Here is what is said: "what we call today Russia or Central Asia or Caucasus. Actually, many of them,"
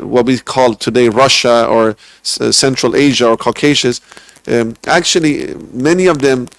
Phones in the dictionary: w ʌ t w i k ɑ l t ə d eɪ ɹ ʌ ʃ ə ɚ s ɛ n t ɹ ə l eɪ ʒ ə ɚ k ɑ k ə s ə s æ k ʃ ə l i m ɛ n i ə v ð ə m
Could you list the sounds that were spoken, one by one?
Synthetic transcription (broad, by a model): w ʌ t w i k ɑ l t ə d eɪ ɹ ʌ ʃ ə ɚ s ɛ n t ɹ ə l eɪ ʒ ə ɚ k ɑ k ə ʃ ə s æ k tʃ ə l i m ɛ n i ə v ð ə m